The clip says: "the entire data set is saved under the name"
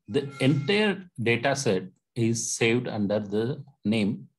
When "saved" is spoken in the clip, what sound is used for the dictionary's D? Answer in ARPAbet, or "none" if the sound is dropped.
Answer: D